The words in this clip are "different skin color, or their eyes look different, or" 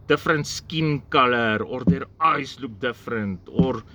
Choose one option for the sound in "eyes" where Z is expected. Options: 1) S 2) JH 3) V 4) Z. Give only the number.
1